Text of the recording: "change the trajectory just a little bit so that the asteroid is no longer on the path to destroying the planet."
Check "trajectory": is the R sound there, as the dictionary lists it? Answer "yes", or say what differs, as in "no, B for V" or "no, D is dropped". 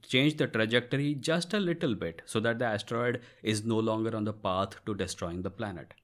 yes